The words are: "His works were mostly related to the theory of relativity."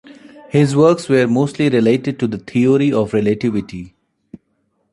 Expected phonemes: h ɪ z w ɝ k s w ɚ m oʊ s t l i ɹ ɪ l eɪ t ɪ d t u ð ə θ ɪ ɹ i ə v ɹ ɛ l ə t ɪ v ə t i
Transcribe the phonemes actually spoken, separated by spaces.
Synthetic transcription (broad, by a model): h ɪ z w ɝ k s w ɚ m oʊ s t l i ɹ ɪ l eɪ t ɪ d t u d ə t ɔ ɹ i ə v ɹ ɛ l ə t ɪ v ə t i